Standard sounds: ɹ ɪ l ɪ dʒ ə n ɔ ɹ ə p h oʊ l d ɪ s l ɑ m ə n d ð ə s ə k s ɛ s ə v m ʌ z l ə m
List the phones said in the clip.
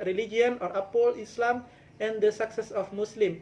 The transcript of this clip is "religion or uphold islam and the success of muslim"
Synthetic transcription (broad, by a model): ɹ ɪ l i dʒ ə n ɔ ɹ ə p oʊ l ɪ s l ɑ m ə n d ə s ə k s ɛ s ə f m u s l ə m